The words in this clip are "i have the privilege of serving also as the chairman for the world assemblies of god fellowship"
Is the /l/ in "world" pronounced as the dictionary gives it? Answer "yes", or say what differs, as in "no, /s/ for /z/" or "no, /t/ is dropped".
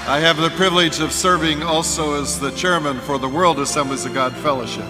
yes